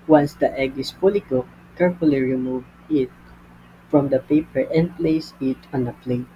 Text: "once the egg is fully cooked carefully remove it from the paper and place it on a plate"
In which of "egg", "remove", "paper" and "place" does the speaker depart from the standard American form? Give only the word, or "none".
none